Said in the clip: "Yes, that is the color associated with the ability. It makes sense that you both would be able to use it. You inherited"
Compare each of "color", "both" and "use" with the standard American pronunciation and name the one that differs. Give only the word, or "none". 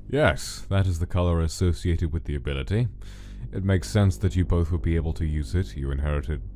none